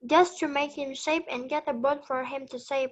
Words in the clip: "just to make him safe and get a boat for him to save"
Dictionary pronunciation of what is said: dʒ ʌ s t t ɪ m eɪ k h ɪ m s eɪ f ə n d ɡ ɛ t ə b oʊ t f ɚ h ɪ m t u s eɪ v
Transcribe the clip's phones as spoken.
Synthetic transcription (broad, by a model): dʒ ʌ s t t ɪ m eɪ k h ɪ m ʃ eɪ p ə n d ɡ ɛ t ə b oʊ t f ɚ h ɪ m t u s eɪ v